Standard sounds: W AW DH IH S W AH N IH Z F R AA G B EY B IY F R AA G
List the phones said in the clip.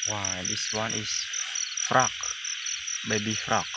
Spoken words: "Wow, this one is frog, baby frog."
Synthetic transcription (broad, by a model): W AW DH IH S W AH N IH S F R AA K B EY B IY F R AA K